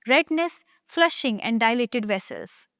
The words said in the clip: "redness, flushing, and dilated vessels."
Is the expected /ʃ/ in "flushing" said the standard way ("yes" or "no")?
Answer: yes